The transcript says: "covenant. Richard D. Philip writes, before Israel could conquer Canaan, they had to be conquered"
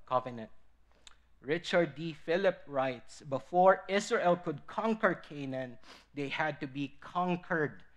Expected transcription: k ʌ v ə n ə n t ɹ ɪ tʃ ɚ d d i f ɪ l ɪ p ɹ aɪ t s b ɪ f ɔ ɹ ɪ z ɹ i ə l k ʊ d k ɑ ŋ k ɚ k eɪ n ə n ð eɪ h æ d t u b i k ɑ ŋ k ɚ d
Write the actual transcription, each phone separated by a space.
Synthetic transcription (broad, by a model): k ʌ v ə n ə n t ɹ ɪ tʃ ɚ d d i f ɪ l ɪ p ɹ aɪ t s b ɪ f ɔ ɹ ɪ s ɹ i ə l k ʊ d k ɑ ŋ k ɚ k eɪ n ə n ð eɪ h æ d t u b i k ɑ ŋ k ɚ d